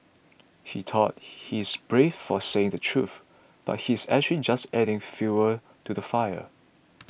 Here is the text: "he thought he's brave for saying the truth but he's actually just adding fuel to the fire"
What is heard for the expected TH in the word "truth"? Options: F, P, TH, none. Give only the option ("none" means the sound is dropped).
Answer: TH